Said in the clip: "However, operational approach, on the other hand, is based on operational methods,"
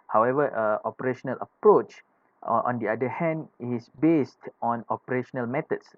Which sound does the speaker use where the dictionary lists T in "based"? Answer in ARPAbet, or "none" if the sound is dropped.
T